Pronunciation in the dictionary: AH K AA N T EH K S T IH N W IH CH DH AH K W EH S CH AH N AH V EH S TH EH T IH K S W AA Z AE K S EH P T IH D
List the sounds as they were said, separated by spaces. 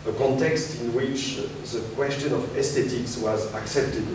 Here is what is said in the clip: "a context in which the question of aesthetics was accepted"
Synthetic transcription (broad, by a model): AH K AA N T EH K S T IH N W IH CH DH AH K W EH S CH AH N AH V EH S T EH T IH K S W AA Z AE K S EH P T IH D